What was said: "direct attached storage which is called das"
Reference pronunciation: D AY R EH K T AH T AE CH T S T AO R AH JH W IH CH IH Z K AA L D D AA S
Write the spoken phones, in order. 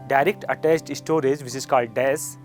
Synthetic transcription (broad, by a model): D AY R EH K T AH T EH S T S T AO R AH JH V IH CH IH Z K AA L D D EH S